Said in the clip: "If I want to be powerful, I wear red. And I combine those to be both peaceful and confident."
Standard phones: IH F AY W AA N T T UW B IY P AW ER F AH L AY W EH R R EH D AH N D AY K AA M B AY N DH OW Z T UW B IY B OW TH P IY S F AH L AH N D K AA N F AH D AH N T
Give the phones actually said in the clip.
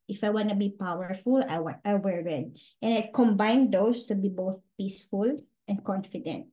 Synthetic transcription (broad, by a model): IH F AY W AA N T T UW B IY P AW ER F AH L AY W EH R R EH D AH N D AY K AA M B AY N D OW S T UW B IY B OW TH P IY S F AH L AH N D K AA N F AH D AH N T